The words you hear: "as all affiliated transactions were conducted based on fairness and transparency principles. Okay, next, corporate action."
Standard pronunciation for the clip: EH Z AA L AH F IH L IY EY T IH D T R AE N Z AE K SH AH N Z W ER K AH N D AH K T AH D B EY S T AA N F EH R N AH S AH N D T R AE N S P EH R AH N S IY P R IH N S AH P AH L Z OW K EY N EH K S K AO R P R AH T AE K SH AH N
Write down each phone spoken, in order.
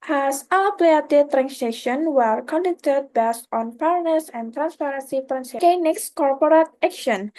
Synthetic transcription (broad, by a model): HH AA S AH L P L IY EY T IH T R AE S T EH SH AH N W ER K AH N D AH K T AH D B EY S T AA N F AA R N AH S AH N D T R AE N S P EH R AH N S IY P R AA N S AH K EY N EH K S K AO R P R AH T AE K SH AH N